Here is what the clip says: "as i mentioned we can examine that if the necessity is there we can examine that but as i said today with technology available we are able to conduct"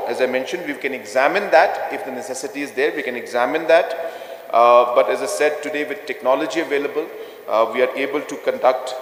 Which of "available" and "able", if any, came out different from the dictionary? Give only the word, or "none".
none